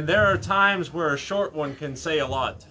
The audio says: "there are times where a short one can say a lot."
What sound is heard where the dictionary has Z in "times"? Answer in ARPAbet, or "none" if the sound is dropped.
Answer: Z